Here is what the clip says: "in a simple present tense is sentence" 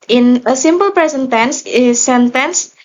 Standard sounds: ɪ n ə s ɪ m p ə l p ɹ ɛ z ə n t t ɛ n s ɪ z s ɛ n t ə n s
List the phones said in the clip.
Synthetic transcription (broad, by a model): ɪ n ə s ɪ m p ə l p ɹ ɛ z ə n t t ɛ n s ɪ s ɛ n t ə n s